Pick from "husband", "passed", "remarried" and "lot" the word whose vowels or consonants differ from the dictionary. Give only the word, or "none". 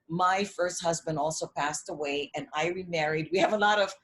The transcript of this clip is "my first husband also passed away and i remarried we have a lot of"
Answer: none